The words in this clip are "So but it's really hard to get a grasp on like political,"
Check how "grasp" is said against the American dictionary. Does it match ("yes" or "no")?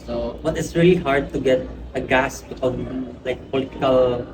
no